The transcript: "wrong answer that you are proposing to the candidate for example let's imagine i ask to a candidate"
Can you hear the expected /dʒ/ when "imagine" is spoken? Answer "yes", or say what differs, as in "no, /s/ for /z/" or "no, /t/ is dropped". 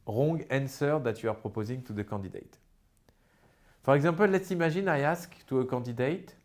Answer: no, /ʒ/ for /dʒ/